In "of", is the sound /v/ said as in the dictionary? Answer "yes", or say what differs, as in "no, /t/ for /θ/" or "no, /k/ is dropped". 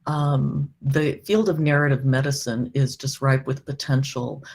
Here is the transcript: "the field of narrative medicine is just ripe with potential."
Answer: yes